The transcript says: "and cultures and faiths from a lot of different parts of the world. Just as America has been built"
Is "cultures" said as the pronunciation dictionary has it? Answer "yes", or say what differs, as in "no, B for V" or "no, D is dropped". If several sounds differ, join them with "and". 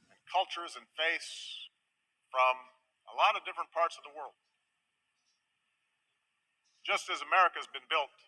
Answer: yes